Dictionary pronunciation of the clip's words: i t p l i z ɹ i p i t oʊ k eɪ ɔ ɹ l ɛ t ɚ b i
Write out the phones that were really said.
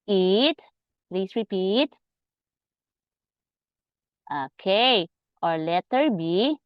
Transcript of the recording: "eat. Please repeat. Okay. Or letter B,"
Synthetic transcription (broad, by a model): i t p l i s ɹ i p i t oʊ k eɪ ɔ ɹ l ɛ t ɚ b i